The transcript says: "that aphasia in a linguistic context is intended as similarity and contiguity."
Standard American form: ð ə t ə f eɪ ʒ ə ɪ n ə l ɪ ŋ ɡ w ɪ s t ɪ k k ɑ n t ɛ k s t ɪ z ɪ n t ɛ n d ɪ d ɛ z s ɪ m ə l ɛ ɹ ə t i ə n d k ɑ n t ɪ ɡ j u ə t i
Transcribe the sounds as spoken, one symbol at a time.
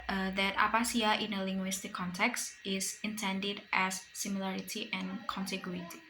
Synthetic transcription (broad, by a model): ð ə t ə p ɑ s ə ɪ n ə l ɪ ŋ ɡ w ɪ s t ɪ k k ɑ n t ɛ k s t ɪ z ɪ n t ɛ n d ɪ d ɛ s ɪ m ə l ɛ ɹ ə t i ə n k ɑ n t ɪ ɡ j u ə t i